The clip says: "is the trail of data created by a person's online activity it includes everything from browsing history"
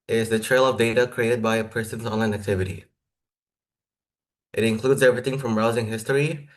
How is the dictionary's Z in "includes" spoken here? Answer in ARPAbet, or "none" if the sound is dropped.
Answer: Z